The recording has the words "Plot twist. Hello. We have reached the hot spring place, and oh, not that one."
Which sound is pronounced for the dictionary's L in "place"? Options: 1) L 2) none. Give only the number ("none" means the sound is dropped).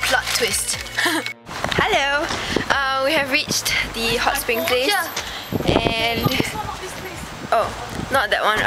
1